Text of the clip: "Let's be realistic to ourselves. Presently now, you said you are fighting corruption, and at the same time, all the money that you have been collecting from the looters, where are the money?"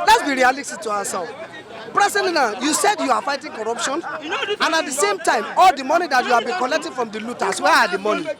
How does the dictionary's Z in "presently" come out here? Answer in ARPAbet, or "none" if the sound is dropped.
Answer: S